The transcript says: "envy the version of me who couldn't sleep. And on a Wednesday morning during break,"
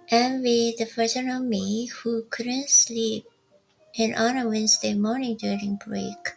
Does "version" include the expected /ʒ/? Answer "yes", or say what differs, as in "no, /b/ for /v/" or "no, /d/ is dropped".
no, /s/ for /ʒ/